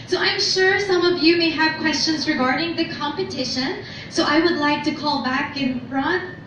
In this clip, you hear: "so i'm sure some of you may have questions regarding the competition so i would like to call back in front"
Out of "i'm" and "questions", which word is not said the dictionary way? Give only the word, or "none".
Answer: none